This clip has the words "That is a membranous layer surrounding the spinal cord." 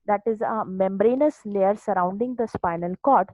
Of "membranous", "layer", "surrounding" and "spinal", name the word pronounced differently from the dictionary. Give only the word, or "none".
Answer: none